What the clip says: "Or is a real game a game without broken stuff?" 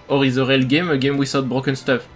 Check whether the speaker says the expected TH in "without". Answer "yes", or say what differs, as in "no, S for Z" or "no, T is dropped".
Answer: no, S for TH